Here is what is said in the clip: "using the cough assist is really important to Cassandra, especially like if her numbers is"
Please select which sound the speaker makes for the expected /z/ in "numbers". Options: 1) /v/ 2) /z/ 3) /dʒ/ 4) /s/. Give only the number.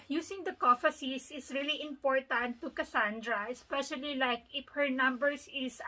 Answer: 4